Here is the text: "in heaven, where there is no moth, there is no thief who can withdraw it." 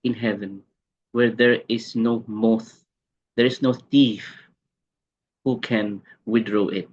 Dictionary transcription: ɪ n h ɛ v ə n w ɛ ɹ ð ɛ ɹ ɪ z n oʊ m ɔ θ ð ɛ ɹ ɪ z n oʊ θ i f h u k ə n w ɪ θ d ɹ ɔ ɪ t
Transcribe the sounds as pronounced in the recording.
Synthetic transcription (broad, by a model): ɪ n h ɛ v ə n w ɛ ɹ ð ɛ ɹ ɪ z n oʊ m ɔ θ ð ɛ ɹ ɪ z n oʊ θ i f h u k ə n w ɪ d ɹ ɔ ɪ t